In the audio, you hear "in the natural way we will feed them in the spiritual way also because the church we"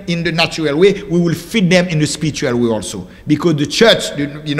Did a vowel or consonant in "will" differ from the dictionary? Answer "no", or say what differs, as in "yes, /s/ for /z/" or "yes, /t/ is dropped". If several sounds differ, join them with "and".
no